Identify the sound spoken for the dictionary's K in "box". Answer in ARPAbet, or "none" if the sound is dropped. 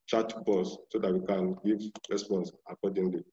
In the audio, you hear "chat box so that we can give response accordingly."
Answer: none